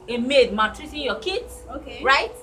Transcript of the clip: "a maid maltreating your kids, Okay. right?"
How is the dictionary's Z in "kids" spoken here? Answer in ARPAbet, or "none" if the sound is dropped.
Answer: S